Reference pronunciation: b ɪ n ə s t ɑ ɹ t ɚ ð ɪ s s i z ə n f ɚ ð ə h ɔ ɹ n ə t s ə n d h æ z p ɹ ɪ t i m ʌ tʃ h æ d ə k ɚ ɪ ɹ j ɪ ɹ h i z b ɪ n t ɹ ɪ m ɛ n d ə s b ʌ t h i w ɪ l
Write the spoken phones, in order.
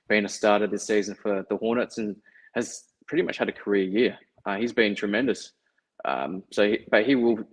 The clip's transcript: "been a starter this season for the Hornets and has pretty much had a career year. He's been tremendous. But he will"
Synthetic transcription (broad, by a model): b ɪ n ə s t ɑ ɹ t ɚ ð ɪ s s i z ə n f ɚ ð ə h ɔ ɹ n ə t s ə n h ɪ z p ɹ ɪ t i m ʌ tʃ h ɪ d ə k ɚ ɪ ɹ j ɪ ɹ h i z b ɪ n t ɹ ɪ m ɛ n d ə s b ʌ t h i w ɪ l